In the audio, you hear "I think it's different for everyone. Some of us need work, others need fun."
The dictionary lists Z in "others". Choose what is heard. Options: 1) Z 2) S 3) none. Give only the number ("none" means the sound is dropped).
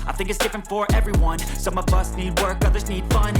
1